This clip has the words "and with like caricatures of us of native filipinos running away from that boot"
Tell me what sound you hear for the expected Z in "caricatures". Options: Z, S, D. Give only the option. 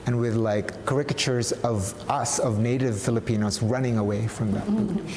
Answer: Z